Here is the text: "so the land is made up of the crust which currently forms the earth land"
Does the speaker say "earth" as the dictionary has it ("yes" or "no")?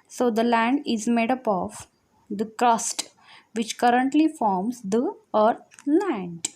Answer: no